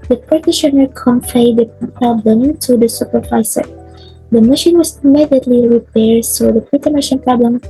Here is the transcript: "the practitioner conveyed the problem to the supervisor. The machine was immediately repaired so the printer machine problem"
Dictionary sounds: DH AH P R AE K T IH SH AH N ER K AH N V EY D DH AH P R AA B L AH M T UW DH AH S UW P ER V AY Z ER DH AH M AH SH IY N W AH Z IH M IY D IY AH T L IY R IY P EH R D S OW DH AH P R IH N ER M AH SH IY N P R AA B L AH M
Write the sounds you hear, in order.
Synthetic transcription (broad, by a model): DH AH P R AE T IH SH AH N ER K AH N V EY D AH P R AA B L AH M T UW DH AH S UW P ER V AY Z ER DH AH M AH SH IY N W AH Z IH M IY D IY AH T L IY R IY P EH R D S OW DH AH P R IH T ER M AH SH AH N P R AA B L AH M